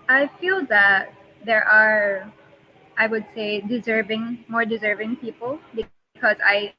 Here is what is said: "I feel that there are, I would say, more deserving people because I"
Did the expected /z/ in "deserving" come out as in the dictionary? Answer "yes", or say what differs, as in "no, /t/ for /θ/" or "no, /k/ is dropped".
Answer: yes